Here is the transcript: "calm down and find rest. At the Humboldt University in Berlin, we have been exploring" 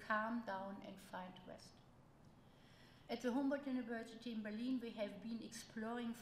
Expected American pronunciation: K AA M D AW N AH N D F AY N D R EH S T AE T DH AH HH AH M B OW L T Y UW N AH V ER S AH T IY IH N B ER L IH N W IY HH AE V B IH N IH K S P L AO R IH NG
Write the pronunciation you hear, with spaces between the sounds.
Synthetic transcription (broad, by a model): K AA M D AW N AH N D F AY N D W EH S T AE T DH AH HH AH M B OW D Y UW N AH V ER S AH T IY IH N B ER L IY N W IY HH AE V B IH N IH K S P L AO R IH NG